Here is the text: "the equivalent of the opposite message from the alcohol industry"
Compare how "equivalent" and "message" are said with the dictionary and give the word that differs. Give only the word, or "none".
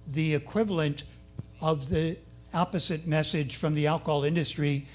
none